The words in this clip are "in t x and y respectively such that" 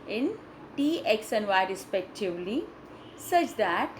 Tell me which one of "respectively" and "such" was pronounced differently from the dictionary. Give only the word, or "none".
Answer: none